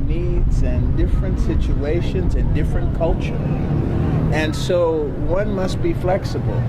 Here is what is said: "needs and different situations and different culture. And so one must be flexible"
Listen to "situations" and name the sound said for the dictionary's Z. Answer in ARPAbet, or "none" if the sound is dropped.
Z